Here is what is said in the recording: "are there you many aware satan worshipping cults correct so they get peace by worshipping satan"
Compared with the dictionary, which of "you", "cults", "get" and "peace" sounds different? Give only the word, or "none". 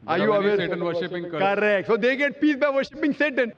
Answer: cults